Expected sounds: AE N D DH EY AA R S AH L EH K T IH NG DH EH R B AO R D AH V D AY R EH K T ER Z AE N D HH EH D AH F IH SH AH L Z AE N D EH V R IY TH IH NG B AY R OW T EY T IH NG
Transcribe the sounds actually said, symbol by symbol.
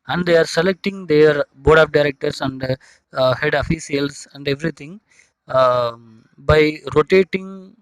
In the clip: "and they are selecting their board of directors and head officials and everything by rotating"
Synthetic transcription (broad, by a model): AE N D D EY AA R S AH L EH K T IH NG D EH R B AO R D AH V D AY R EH K T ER S AE N D HH EH D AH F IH S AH L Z AE N D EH V R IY T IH NG B AY R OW T EY T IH NG